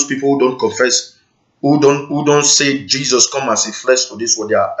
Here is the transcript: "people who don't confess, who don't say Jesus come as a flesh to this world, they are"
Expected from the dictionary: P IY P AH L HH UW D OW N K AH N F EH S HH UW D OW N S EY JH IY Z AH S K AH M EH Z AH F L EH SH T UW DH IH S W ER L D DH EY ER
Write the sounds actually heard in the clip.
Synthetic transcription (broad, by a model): P IY P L HH UW D OW N K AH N F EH S HH UW D OW N S EY JH IY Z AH S K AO M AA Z AH F L EH SH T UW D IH S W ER D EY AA